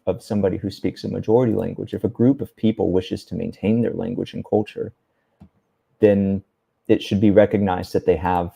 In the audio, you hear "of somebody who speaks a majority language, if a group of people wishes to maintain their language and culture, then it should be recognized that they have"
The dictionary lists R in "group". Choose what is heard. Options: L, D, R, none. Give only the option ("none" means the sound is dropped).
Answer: R